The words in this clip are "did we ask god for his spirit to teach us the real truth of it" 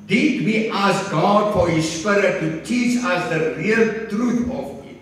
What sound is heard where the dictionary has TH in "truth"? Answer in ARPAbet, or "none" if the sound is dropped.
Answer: T